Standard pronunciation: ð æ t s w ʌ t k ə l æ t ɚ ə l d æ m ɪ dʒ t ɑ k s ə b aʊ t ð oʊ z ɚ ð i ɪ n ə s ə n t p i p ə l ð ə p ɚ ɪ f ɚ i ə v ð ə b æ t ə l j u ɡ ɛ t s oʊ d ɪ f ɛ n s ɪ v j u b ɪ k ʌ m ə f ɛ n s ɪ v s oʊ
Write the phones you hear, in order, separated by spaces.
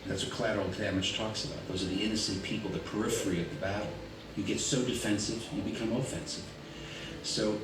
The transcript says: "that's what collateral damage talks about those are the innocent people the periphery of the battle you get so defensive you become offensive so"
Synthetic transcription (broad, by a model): ð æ t s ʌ k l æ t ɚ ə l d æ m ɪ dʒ t ɑ k s ə b aʊ t ð oʊ z ɚ ð i ɪ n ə s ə n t p i p l ð ə p ɚ ɪ f ɚ i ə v ð ə b æ t l j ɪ ɡ ɛ t s oʊ d ɪ f ɛ n s ɪ v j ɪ b ɪ k ʌ m ə f ɛ n s ɪ v s oʊ